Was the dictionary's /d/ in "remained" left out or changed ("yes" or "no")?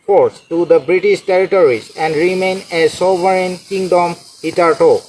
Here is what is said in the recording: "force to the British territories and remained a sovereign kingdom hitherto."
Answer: yes